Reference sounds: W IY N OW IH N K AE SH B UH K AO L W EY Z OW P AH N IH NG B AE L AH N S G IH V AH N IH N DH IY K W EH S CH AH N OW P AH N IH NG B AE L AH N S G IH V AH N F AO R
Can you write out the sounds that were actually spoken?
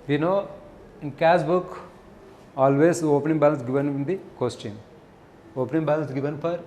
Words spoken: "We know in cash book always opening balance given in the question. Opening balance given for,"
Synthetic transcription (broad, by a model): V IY N OW IH N K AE S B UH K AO L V EY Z OW P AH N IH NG B AE L AH N S G IH V AH N IH N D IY K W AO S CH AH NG OW P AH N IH NG B AE L AH N S G IH V AH N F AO R